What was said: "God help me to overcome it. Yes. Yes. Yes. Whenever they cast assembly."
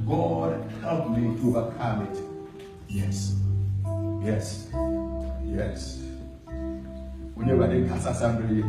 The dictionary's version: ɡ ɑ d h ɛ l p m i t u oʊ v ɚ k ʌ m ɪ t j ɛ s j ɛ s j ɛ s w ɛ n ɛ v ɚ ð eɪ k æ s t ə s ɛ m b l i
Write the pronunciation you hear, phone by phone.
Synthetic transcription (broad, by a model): ɡ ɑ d h ɛ l p m i t u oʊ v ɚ k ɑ m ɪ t j ɛ s j ɛ s j ɛ s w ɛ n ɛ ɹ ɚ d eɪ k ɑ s ə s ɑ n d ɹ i